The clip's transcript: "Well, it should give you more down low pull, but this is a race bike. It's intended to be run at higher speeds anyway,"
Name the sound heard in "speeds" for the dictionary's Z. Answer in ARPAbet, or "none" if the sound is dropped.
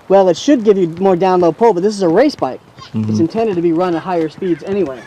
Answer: Z